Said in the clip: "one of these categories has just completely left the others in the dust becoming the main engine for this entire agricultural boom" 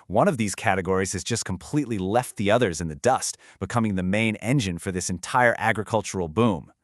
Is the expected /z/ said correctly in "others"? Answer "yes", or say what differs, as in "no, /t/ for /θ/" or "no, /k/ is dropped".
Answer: yes